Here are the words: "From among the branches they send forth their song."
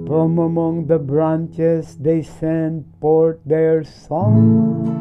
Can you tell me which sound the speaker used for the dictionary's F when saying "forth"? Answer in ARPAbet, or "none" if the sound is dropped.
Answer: P